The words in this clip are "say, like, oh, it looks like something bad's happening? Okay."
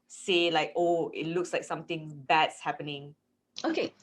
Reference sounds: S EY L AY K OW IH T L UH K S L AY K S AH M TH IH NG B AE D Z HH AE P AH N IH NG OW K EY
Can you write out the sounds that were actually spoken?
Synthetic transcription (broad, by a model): S EY L AY K OW IH T L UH K S L AY K S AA M T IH NG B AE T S HH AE P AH N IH NG OW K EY